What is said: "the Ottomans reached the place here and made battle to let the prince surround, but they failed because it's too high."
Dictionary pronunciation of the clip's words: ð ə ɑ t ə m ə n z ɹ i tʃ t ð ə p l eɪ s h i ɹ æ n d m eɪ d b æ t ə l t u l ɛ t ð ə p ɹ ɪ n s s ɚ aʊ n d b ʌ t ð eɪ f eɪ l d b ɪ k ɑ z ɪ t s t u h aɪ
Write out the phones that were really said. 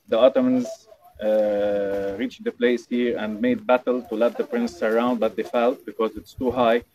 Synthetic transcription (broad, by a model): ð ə ɑ t ə m ə n z ɹ i tʃ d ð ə p l eɪ s h i ɹ æ n d m eɪ d b æ t ə l t u l ɛ t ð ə p ɹ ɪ n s s ɚ aʊ n d b ʌ t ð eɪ f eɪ l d b ɪ k ɑ z ɪ t s t u h aɪ